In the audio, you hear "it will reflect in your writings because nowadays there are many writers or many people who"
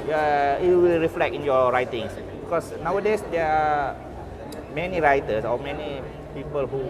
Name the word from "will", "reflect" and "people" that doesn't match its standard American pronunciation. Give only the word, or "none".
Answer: reflect